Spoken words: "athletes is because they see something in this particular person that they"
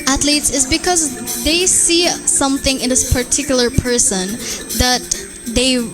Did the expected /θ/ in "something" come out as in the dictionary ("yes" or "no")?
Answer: yes